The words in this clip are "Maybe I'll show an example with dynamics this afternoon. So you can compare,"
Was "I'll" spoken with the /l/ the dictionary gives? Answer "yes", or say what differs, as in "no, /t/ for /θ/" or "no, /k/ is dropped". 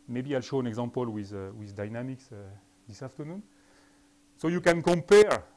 yes